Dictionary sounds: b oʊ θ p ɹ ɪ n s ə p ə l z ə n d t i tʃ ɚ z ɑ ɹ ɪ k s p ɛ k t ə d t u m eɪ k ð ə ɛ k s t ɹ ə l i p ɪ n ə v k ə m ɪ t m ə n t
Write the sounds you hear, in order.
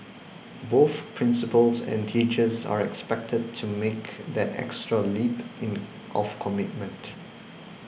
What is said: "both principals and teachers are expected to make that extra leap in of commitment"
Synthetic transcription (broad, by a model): b oʊ θ p ɹ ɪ n s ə p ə l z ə n t i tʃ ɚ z ɑ ɹ ɪ k s p ɛ k t ə d t u m eɪ k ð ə ɛ k s t ɹ ə l i p ɪ n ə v k ə m ɪ t m ə n t